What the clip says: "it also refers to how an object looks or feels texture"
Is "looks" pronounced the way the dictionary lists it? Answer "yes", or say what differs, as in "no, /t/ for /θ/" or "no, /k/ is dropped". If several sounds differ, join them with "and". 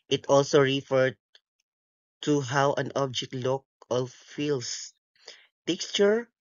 no, /s/ is dropped